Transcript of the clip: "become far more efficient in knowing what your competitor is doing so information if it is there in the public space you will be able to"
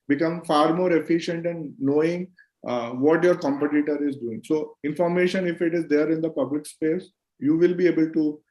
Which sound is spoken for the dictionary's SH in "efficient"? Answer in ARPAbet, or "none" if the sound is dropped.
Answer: SH